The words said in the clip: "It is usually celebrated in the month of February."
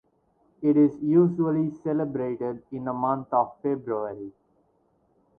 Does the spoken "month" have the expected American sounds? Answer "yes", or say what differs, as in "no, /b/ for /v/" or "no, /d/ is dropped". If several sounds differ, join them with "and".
no, /t/ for /θ/